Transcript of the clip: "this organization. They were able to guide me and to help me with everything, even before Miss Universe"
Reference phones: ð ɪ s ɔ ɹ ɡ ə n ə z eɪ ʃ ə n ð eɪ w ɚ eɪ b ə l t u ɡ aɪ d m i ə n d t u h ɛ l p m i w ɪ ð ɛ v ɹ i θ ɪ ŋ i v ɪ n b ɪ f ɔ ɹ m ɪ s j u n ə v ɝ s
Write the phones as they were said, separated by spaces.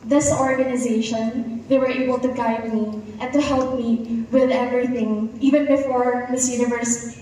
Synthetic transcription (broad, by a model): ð ɪ s ɔ ɹ ɡ ə n ə z eɪ ʃ ə n ð eɪ w ɚ eɪ b ə l t u ɡ aɪ d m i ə n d t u h ɛ l p m i w ɪ ð ɛ v ɹ i θ ɪ ŋ i v ɪ n b ɪ f ɔ ɹ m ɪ s j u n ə v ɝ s